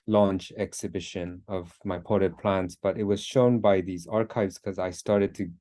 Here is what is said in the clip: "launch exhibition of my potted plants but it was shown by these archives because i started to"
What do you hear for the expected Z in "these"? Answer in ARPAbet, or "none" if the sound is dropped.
Z